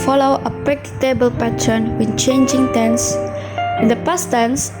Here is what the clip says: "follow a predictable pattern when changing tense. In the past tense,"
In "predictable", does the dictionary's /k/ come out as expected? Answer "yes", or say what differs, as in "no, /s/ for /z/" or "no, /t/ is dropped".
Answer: no, /k/ is dropped